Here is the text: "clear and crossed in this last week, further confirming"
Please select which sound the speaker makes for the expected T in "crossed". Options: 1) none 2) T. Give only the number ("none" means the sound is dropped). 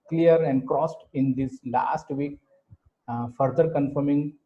2